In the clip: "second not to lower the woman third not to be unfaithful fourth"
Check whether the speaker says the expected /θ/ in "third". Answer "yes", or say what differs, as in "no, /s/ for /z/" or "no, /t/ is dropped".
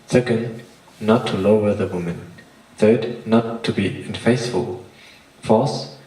yes